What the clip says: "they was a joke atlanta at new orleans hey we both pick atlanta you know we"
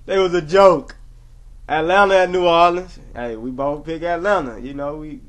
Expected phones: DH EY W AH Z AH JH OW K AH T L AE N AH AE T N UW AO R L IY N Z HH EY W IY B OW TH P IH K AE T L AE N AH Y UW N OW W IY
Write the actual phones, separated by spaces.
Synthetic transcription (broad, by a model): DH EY W AH Z AH JH OW K T L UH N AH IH T N UW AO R L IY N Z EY W IY B OW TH P IH K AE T L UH N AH Y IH N OW W IY